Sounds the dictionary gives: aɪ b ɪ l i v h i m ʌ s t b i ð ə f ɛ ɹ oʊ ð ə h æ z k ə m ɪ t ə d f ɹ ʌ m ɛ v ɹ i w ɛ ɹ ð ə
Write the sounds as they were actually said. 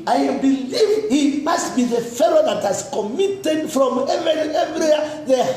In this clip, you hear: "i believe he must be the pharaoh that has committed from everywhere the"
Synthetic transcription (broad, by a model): aɪ b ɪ l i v h i m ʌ s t b i ð ə f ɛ l oʊ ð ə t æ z k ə m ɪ t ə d f ɹ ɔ m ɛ v ɹ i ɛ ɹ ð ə